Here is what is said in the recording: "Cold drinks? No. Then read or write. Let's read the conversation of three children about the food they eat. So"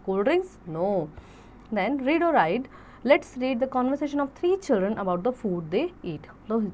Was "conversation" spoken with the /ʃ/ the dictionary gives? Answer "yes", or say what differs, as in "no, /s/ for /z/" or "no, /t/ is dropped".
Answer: yes